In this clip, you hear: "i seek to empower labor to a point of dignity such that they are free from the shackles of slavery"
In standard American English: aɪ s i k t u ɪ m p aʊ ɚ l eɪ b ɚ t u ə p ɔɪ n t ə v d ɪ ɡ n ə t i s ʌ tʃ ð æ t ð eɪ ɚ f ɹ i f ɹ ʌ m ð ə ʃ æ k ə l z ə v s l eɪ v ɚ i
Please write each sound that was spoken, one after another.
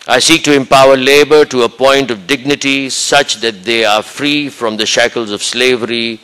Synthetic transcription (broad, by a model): aɪ s i k t u ɪ m p aʊ ɚ l eɪ b ɚ t u ə p ɔɪ n t ə v d ɪ ɡ n ə t i s ʌ tʃ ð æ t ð eɪ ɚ f ɹ i f ɹ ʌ m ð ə ʃ æ k ə l z ə v s l eɪ v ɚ i